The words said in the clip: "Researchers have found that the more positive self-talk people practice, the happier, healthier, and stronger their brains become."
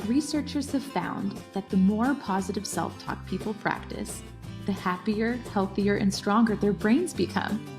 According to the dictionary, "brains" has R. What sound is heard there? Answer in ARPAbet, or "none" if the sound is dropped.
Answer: R